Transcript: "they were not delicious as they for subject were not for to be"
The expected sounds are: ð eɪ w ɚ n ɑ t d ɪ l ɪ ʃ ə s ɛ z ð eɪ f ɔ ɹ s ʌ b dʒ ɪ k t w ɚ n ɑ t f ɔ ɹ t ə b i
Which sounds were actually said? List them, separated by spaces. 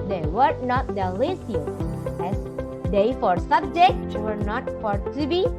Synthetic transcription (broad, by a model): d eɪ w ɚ n ɑ t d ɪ l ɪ s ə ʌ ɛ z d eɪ f ɔ ɹ s ʌ b dʒ ɪ k t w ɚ n ɑ t f ɔ ɹ t ə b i